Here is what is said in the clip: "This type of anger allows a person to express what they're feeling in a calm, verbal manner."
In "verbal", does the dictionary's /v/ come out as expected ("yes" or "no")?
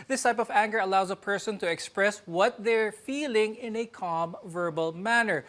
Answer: yes